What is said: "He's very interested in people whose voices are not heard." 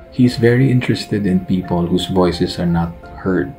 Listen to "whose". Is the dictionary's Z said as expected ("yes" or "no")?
no